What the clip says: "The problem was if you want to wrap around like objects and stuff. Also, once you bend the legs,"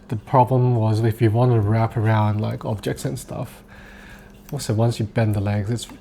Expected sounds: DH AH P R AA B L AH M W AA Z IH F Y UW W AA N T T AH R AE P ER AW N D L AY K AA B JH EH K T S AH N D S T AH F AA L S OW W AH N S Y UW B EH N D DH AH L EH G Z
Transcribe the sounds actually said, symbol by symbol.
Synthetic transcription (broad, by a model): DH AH P R AA B L AH M W AA Z IH F Y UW W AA N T T AH R AE P ER AW N D L AY K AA B JH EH K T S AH N S T AH F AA S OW W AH N S Y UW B EH N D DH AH L EH G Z